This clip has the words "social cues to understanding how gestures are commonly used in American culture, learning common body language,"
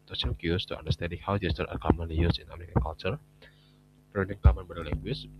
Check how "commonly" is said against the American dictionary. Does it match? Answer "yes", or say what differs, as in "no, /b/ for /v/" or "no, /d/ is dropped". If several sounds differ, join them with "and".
no, /n/ is dropped